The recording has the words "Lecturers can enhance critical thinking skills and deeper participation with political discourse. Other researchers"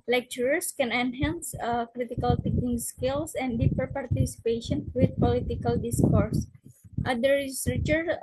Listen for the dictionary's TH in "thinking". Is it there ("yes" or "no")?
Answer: no